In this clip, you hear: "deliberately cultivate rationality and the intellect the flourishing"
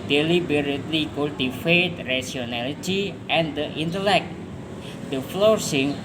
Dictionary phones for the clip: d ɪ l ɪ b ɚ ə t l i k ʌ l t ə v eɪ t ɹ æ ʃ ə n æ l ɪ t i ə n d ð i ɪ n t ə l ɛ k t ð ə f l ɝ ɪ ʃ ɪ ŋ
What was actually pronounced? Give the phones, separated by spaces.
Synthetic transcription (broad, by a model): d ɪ l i b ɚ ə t l i k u l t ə f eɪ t ɹ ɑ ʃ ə n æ l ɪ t i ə n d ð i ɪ n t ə l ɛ k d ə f l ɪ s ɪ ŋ